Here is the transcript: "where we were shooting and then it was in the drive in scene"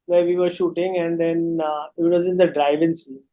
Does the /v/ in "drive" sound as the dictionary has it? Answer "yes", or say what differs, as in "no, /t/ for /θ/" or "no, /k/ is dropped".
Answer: yes